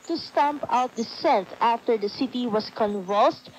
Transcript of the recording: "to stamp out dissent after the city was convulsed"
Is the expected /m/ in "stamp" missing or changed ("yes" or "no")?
no